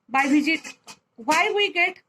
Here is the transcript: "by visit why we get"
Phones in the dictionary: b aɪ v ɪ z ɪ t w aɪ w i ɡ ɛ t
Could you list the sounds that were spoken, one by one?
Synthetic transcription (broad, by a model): b aɪ b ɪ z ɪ t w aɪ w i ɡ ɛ t